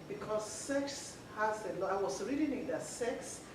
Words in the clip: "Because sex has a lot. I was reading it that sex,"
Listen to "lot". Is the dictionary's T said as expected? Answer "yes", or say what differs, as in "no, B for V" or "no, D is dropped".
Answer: no, T is dropped